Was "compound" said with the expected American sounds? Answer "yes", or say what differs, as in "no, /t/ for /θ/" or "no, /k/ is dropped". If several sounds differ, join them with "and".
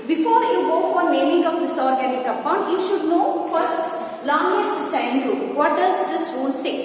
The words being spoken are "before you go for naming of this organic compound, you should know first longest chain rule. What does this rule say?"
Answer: no, /m/ is dropped